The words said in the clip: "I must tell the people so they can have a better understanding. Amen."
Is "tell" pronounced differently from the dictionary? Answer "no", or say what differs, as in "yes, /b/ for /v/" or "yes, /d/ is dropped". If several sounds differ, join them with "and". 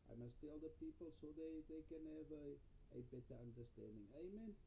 no